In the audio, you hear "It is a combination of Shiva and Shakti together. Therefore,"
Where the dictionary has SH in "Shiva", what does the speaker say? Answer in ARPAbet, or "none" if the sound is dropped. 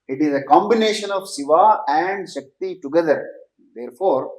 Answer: S